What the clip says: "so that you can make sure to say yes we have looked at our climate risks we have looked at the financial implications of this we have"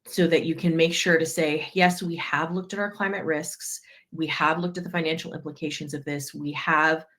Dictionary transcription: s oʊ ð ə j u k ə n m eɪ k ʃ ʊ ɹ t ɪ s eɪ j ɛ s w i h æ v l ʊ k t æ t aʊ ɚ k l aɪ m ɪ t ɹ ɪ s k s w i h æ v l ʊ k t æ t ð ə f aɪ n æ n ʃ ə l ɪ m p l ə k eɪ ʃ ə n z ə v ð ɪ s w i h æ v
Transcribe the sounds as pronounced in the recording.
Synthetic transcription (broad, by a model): s oʊ ð ə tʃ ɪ k ə n m eɪ k ʃ ʊ ɹ t ɪ s eɪ j ɛ s w i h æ v l ʊ k t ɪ t aʊ ɚ k l aɪ m ɪ t ɹ ɪ s k s w i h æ v l ʊ k t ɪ t ð ə f aɪ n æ n ʃ l ɪ m p l ə k eɪ ʃ ə n z ə v ð ɪ s w i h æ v